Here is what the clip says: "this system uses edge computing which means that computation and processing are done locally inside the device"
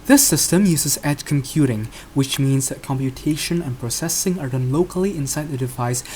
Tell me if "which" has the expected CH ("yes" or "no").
yes